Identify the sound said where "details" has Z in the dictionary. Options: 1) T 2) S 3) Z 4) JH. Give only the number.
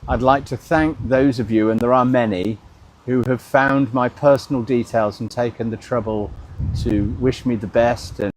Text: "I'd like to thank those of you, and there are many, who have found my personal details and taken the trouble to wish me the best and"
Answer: 3